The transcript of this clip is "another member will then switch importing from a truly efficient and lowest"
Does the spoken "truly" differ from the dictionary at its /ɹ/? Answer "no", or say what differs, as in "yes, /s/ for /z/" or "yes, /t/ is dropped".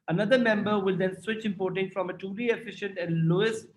yes, /ɹ/ is dropped